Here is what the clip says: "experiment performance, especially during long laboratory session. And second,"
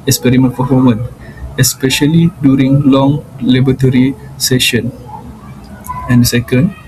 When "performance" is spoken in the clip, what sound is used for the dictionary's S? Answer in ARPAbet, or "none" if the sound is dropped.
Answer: none